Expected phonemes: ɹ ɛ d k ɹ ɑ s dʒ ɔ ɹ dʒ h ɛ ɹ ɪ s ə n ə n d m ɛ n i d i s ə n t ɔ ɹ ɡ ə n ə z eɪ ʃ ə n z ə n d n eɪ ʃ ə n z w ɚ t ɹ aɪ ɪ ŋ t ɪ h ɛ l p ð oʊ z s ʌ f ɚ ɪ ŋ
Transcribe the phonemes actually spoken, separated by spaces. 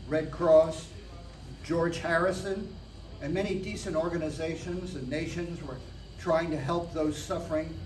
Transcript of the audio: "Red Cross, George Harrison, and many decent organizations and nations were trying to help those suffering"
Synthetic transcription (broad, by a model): ɹ ɛ d k ɹ ɑ s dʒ ɔ ɹ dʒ h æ ɹ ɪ s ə n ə n m ɛ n i d i s ə n t ɔ ɹ ɡ ə n ə z eɪ ʃ ə n z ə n n eɪ ʃ ə n z w ɚ t ɹ aɪ ɪ ŋ t ɪ h ɛ l p ð oʊ z s ʌ f ɚ ɪ ŋ